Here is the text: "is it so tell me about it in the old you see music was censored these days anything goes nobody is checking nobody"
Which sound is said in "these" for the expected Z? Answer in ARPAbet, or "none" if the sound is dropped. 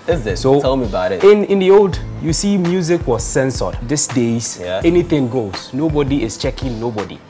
S